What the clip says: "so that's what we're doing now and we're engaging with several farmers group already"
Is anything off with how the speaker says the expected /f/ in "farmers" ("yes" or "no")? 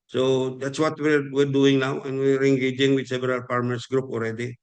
yes